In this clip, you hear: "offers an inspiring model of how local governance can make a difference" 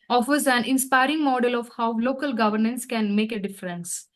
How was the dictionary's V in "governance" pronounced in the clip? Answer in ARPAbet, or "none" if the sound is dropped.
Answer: V